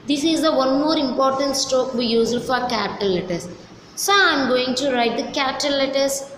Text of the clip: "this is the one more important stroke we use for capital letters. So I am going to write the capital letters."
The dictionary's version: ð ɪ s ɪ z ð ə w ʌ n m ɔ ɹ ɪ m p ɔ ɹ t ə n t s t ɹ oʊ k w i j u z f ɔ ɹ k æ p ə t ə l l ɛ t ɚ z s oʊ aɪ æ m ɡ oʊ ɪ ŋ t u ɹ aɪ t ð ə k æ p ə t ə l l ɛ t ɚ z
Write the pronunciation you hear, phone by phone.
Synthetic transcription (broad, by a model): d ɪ s ɪ z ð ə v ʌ n m ɔ ɹ ɪ m p ɔ ɹ t ə n t s t oʊ k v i j u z f ɔ ɹ k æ p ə t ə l l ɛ t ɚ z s oʊ aɪ m ɡ oʊ ɪ ŋ t u ɹ aɪ t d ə k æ p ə t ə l l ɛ t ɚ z